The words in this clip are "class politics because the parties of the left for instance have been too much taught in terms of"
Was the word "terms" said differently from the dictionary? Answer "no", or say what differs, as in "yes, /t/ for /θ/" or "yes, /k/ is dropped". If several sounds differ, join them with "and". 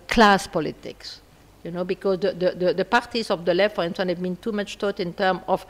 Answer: yes, /z/ is dropped